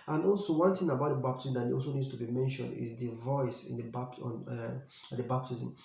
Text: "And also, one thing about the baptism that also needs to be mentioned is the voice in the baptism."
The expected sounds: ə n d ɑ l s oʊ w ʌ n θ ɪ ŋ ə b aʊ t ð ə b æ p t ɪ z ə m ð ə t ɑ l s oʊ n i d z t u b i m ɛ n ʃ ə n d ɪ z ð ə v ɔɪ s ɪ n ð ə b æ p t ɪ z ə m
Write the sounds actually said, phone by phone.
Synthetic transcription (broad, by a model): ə n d ɑ l s oʊ w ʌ n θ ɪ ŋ ə b aʊ t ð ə b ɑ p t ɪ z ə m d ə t ɑ l s oʊ n i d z t u b i m ɛ n ʃ ə n d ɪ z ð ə v ɔɪ s ɪ n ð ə b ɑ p t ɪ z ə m